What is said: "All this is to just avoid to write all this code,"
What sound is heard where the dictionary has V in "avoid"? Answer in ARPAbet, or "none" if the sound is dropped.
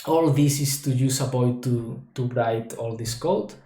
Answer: P